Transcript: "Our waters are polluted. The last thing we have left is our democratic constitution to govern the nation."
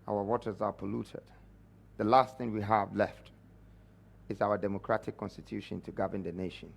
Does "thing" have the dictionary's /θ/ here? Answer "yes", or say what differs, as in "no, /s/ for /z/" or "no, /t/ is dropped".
yes